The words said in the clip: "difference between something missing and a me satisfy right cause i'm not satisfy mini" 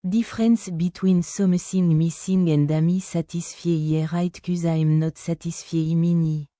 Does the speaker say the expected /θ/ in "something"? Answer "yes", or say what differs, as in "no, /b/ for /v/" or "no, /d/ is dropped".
no, /s/ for /θ/